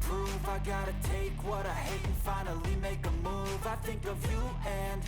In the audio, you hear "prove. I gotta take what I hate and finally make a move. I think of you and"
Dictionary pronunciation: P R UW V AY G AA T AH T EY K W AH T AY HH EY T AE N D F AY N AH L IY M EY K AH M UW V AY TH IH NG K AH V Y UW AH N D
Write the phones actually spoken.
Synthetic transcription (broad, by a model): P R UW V AY G AA T AH T EY K W AH T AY HH EY T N F AY N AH L IY M EY K AH M UW V AY TH IH NG K AH V Y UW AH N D